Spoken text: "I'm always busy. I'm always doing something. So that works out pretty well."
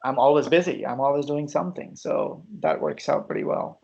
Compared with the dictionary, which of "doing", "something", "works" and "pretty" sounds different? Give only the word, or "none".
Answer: none